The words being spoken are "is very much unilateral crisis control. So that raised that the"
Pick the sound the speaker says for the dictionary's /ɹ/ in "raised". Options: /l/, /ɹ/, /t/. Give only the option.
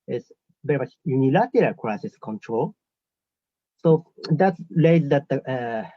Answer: /l/